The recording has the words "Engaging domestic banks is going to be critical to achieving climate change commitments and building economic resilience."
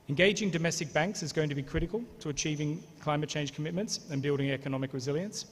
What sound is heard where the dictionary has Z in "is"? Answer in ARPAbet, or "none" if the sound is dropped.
Z